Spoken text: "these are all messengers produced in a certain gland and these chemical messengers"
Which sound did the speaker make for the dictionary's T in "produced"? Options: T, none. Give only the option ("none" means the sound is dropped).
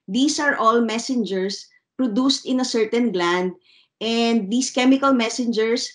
T